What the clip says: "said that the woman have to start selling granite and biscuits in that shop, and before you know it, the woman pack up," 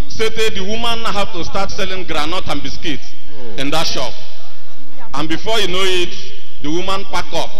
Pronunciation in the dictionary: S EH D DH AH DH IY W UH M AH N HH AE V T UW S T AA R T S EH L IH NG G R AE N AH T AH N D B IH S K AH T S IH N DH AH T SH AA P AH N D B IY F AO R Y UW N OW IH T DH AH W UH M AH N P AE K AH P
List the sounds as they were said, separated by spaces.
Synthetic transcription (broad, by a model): S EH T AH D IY W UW M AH N HH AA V T UW S T AA T S EH L IH NG G R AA N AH T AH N B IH S K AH T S IH N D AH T SH AA P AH N B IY F AO Y UW N OW IH T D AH W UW M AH N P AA K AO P